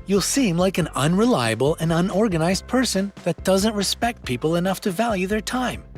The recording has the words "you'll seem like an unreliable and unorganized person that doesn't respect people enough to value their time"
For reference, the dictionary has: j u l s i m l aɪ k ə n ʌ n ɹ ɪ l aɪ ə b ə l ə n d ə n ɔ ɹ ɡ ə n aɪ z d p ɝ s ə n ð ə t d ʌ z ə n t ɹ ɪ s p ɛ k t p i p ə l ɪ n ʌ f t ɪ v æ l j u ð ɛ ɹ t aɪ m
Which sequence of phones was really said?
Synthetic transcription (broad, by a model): j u l s i m l aɪ k ə n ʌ n ɹ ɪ l aɪ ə b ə l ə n ə n ɔ ɹ ɡ ə n aɪ z d p ɝ s ə n ð ə t d ʌ z ə n t ɹ ɪ s p ɛ k t p i p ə l ɪ n ʌ f t ɪ v æ l j u ð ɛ ɹ t aɪ m